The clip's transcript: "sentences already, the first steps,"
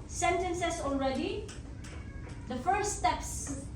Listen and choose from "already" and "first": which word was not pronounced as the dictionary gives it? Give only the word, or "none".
first